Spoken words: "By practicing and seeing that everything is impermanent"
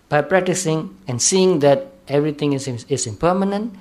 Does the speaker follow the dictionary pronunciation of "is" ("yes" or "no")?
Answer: no